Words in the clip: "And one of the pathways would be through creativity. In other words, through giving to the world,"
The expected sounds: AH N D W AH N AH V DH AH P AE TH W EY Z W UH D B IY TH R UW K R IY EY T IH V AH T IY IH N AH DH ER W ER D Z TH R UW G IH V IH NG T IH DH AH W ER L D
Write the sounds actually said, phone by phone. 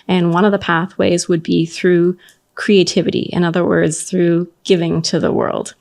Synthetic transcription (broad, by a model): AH N W AH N AH V DH AH P AE TH W EY Z W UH D B IY TH R UW K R IY EY T IH V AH T IY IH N AH DH ER W ER D Z TH R UW G IH V IH NG T IH DH AH W ER L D